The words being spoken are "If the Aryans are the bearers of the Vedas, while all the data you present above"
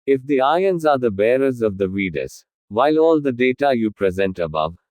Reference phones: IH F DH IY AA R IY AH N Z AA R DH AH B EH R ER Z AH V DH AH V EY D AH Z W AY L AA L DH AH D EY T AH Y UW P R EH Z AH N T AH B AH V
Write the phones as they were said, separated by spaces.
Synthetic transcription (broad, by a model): IH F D IY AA IY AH N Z AA R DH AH B EH R ER Z AH V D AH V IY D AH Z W AY L AA L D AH D EY T AH Y UW P R EH Z AH N T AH B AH V